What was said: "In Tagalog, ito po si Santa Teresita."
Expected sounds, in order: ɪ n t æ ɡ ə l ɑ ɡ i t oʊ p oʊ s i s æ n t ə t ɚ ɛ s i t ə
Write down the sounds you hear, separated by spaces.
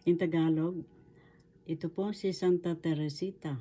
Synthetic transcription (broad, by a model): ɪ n t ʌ ɡ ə l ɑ ɡ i t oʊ p oʊ s i s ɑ n t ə t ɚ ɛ s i t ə